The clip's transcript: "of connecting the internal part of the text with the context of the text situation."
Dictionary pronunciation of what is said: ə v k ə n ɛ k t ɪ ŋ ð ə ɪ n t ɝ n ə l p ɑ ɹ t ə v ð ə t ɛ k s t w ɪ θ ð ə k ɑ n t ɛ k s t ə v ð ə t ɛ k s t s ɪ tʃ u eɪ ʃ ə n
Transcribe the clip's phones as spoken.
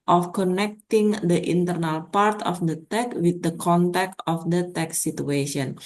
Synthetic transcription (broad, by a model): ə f k ə n ɛ k t ɪ ŋ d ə ɪ n t ɝ n ə l p ɑ ɹ t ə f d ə t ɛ k w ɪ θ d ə k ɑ n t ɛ k t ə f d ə t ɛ k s s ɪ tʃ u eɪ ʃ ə n